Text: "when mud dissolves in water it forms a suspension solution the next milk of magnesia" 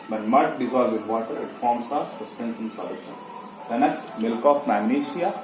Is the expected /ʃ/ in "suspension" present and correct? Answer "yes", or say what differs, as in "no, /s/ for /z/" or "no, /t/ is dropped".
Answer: no, /s/ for /ʃ/